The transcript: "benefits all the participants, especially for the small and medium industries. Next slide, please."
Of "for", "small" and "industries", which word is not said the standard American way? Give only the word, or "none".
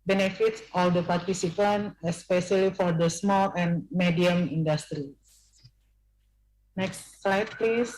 industries